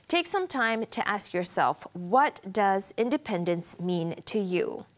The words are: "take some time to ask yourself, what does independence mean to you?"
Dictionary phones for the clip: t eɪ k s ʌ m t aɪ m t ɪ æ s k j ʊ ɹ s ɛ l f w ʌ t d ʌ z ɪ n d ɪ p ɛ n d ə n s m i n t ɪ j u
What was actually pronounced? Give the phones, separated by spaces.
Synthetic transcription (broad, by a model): t eɪ k s ʌ m t aɪ m t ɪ æ s k j ʊ ɹ s ɛ l f w ʌ t d ʌ z ɪ n d ɪ p ɛ n d ə n s m i n t ɪ j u